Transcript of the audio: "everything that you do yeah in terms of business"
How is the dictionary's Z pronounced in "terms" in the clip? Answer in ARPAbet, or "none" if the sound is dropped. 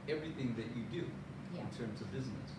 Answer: Z